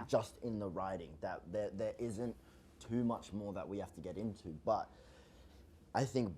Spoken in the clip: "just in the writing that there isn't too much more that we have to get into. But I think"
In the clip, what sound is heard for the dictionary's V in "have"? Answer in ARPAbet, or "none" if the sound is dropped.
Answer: F